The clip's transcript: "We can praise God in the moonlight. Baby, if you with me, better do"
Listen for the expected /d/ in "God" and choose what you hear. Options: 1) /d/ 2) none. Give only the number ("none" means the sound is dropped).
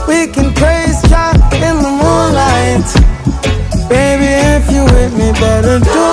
2